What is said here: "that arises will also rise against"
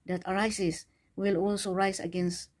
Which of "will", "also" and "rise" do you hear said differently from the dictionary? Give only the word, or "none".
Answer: rise